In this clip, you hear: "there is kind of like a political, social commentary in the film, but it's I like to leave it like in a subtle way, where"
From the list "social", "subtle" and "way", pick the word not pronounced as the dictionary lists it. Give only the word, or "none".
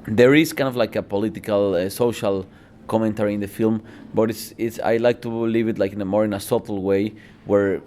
subtle